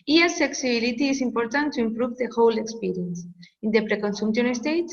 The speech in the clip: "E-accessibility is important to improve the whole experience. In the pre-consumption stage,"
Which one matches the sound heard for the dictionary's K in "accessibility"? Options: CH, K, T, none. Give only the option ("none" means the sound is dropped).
none